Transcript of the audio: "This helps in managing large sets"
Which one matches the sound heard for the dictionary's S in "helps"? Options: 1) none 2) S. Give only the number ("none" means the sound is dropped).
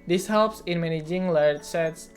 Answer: 2